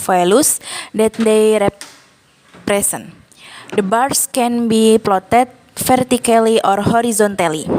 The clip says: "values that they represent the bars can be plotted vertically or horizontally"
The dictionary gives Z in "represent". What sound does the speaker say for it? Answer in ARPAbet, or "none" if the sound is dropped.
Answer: S